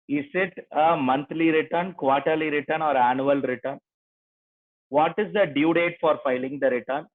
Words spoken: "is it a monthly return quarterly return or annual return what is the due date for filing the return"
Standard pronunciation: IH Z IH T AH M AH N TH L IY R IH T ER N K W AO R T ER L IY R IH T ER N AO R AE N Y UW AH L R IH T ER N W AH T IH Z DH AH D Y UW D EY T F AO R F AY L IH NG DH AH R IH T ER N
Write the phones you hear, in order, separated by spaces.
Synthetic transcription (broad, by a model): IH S IH T AH M AH N T L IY R IH T ER N K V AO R T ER L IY R IH T ER N AO R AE N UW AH L R IH T ER N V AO T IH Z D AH D Y UW D EY T F AO R F AY L IH NG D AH R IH T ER N